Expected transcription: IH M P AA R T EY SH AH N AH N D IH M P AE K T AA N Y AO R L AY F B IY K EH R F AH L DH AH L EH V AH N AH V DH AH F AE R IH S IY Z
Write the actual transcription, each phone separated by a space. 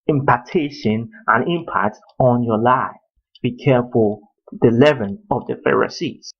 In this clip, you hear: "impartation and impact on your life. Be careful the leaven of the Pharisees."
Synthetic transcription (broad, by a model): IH M P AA T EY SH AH N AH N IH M P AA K T AA N Y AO L AY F B IY K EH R F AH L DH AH L EH V AH N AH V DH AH F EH R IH S IY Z